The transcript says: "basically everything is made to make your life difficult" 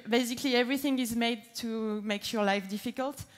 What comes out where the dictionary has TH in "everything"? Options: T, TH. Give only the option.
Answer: TH